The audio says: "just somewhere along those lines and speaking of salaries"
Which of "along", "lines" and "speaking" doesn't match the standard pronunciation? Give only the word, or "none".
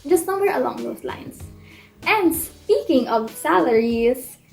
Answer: lines